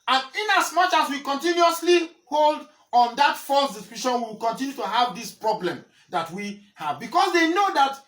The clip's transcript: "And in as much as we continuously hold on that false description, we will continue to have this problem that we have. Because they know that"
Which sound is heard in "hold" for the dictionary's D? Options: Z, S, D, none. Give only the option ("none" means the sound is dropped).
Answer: D